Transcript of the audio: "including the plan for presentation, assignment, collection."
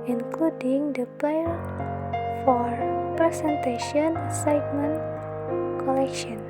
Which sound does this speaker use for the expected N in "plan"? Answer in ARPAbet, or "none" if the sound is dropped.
L